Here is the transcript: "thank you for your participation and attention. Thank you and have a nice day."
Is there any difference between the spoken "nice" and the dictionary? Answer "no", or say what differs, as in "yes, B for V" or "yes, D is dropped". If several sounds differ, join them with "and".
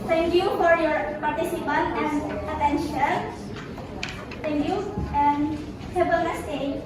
yes, L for N